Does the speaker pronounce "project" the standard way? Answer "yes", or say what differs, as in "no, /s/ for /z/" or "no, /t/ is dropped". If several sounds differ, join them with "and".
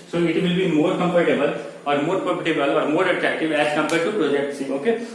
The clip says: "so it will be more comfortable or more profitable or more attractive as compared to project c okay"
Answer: yes